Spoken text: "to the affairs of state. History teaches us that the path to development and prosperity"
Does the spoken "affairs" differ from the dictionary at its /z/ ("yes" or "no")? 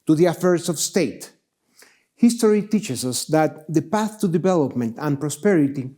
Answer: yes